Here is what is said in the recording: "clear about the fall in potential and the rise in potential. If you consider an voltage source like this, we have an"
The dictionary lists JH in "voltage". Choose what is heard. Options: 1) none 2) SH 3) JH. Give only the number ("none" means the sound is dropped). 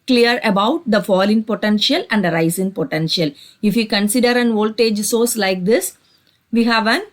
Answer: 3